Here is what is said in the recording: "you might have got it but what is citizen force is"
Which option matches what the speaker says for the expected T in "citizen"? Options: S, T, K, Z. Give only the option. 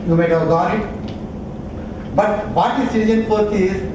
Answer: S